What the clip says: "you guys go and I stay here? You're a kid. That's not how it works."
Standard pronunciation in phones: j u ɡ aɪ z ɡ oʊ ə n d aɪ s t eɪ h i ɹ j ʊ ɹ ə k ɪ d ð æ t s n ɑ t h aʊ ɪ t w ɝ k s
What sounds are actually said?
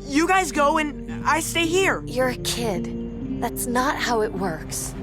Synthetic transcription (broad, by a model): j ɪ ɡ aɪ z ɡ oʊ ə n aɪ s t eɪ h i ɹ j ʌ ɹ ə k ɪ d ð æ t s n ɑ t h aʊ ɪ t w ɝ k s